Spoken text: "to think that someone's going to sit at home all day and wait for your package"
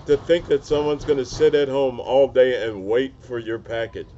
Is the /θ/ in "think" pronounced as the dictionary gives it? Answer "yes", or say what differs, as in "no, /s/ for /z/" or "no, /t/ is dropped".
yes